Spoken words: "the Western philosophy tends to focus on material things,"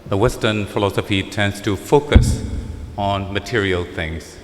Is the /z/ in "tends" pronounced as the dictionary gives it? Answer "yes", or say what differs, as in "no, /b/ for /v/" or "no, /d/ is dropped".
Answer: no, /s/ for /z/